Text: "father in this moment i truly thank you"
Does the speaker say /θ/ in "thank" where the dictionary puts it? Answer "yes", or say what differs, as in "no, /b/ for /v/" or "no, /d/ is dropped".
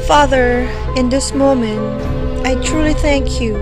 yes